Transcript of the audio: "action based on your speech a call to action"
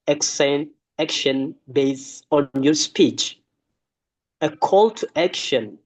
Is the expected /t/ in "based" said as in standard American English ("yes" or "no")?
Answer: no